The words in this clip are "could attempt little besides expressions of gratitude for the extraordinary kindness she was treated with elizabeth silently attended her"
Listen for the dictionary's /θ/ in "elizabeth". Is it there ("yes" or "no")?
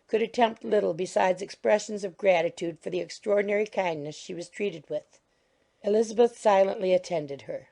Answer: yes